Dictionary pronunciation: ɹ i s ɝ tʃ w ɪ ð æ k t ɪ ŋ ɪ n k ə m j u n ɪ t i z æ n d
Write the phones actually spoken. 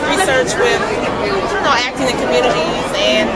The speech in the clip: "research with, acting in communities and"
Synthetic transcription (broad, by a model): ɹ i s ɝ tʃ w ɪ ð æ k t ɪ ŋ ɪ k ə m j u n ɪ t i æ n